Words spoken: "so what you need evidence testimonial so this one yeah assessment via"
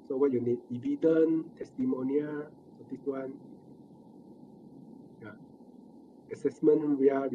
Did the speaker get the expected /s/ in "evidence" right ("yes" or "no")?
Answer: no